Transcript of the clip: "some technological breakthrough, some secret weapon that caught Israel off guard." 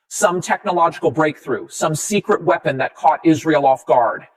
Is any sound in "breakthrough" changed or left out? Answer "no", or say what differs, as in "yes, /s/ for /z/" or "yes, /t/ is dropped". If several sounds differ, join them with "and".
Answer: no